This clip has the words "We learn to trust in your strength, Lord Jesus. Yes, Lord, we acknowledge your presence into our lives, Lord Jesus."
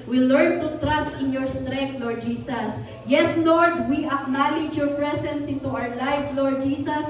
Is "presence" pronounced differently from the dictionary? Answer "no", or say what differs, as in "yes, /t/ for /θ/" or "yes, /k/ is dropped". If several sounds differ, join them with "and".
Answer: yes, /s/ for /z/